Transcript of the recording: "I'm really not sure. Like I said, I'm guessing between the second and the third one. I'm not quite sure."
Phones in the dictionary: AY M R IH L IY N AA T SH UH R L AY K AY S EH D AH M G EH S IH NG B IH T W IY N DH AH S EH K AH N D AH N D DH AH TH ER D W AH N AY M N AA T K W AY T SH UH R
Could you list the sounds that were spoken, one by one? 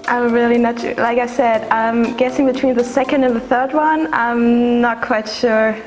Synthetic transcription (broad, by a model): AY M R IH L IY N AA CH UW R L AY K AY S EH D AH M G EH S IH NG B IH T W IY N DH AH S EH K AH N D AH N DH AH TH ER D W AH N AY M N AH T K W AY T SH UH R